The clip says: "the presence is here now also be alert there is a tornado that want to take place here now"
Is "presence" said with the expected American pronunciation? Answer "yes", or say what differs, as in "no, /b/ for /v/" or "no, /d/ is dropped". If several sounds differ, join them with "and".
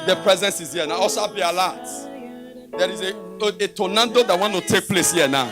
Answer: yes